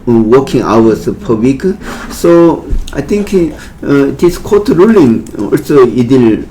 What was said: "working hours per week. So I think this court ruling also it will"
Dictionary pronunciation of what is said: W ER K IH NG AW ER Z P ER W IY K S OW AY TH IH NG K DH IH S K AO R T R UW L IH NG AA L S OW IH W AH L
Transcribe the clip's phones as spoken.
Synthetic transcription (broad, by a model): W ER K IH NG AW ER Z P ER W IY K S OW AY T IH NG K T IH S K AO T R UW L IH NG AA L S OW IH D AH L